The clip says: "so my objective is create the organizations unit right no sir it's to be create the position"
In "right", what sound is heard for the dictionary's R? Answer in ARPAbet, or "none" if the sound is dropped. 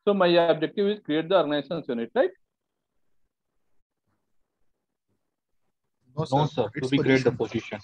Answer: L